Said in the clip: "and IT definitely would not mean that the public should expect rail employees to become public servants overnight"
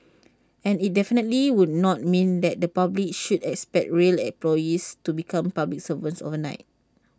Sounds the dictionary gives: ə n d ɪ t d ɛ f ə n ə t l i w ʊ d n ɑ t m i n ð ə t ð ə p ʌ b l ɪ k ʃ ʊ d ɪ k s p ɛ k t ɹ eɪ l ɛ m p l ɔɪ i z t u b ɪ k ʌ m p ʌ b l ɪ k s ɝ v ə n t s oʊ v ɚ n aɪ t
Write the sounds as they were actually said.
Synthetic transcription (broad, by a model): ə n ɪ t d ɛ f ə n ə t l i w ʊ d n ɑ t m i n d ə t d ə p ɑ b l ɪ k ʃ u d ɪ k s p ɛ k t ɹ eɪ l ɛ p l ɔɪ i s t u b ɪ k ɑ m p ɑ b l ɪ k s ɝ v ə n s oʊ v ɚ n aɪ t